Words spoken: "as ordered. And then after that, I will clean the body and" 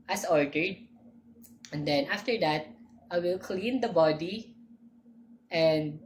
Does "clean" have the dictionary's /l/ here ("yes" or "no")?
yes